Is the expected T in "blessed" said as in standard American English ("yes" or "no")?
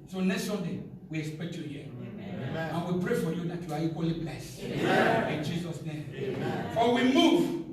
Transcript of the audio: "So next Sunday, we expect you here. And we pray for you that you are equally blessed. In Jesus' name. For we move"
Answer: no